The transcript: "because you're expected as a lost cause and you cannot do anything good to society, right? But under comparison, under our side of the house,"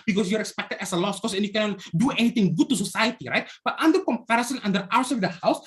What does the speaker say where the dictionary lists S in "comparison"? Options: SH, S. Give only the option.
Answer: S